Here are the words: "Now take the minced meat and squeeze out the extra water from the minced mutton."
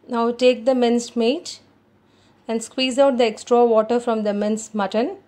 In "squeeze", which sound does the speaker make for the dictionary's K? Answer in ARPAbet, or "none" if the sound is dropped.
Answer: K